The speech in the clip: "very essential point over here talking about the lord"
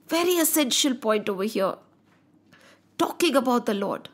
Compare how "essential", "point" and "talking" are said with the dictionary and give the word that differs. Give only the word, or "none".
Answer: none